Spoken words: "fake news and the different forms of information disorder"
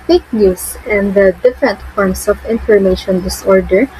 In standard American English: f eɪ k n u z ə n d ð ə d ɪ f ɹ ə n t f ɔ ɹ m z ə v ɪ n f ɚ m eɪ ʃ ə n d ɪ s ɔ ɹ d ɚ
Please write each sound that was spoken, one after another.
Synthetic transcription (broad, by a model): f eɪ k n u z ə n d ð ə d ɪ f ɹ ə n t f ɔ ɹ m s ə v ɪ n f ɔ m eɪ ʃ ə n d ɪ s ɔ ɹ d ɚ